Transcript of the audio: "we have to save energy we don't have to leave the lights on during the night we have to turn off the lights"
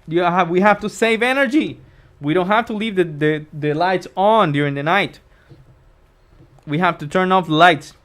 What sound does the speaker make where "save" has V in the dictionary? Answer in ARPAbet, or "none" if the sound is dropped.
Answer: V